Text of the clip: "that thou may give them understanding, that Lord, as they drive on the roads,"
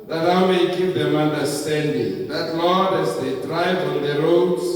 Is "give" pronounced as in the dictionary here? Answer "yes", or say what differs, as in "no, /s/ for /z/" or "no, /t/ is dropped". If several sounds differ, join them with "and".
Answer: no, /p/ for /v/